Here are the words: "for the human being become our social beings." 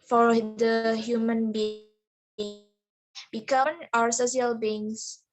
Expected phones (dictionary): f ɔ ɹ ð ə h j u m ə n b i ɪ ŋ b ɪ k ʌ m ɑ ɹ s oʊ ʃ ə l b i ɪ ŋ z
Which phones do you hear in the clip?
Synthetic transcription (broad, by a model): f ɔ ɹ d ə h j u m ə n b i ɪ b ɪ k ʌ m ɑ ɹ s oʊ s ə l b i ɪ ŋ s